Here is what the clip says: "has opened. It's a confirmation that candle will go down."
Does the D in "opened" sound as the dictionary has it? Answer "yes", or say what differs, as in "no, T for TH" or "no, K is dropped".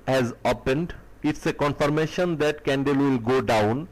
yes